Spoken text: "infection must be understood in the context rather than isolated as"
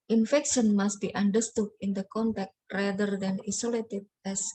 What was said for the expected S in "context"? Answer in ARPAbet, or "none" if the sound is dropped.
none